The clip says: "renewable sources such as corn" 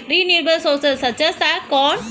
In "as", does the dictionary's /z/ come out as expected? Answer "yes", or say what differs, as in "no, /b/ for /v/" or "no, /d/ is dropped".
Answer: no, /s/ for /z/